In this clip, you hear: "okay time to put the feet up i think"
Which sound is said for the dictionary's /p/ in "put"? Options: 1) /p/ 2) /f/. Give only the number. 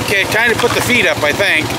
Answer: 1